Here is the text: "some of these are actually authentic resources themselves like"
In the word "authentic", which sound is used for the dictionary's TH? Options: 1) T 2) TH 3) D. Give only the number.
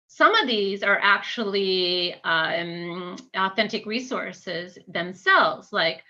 2